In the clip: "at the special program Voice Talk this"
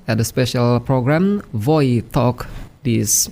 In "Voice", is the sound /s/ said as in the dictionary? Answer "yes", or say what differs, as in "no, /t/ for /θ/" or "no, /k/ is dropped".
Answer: no, /s/ is dropped